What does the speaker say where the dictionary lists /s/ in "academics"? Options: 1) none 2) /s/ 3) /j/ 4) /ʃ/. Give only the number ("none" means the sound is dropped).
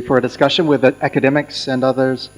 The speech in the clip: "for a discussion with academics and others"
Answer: 2